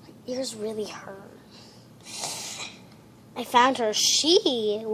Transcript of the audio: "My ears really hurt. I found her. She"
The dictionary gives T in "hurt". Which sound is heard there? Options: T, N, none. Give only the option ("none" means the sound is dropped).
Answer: none